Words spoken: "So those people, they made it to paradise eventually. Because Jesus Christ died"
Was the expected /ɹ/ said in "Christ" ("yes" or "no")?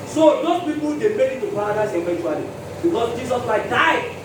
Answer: no